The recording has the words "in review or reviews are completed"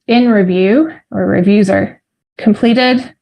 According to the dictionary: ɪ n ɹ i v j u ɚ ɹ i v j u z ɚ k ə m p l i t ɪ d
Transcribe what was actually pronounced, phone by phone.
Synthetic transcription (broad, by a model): ɪ n ɹ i v j u ɚ ɹ i v j u z ɚ k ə m p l i t ɪ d